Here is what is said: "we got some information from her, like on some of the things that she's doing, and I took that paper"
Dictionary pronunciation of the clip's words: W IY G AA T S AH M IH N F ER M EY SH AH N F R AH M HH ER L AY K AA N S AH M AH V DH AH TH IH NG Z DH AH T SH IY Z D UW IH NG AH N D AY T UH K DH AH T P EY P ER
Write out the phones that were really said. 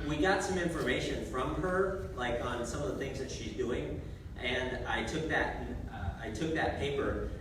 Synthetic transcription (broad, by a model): W IY G AA T S AH M IH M F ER M EY SH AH N F R AH M ER L AY K N S AH M AH V DH AH TH IH NG Z DH AH T SH IY Z D UW IH NG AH N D AY T UH K DH AH T P EY P ER